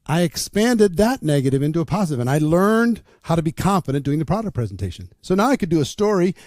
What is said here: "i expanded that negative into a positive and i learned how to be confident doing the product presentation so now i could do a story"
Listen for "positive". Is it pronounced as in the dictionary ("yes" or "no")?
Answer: yes